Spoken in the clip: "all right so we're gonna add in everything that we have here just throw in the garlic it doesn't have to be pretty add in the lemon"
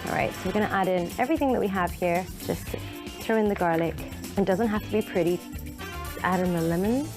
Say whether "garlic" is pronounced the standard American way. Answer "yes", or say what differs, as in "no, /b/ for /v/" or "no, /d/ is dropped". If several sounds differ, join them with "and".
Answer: yes